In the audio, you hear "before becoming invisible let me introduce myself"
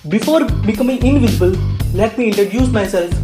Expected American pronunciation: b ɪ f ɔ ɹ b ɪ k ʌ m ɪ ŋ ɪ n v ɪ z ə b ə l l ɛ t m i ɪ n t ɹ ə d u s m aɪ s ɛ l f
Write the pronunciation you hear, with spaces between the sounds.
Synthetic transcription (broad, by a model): b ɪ f ɔ ɹ b ɪ k ʌ m ɪ ŋ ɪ n v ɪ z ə b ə l l ɛ t m i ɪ n t ə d u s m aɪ s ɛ l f